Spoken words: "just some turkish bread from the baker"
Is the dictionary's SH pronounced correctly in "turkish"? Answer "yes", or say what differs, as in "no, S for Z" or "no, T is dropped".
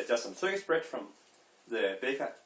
no, S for SH